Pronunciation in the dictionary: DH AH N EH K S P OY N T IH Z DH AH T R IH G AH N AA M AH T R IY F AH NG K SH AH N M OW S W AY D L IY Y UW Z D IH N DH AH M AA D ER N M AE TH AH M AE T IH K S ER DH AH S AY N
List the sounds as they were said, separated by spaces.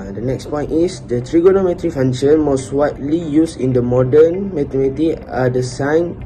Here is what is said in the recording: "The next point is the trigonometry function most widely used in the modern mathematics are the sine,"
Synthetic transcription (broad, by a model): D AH N EH K S P OY N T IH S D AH T R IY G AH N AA M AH T R IY F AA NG SH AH N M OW S W AY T L IY Y UW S IH N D AH M AA D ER N M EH T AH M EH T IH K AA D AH S AY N